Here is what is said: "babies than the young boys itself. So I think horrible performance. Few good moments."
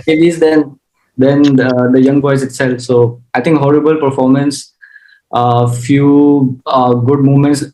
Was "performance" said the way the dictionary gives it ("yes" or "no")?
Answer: yes